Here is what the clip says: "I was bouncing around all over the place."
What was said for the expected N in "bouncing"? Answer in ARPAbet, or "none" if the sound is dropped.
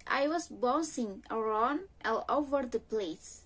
none